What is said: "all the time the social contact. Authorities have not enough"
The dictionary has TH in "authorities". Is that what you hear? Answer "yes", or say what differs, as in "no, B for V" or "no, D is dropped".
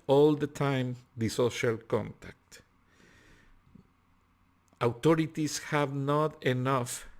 no, T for TH